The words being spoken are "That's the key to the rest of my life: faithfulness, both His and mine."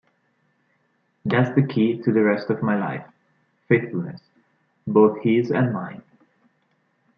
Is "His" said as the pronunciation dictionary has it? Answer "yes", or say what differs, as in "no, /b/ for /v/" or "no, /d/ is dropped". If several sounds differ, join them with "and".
yes